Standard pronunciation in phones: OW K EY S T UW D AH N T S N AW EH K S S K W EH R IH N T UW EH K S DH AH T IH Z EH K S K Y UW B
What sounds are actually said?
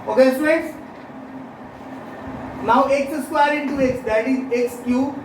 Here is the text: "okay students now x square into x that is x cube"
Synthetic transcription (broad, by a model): OW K EY S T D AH T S N AW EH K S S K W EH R IH N T UW EH K S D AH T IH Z EH K S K Y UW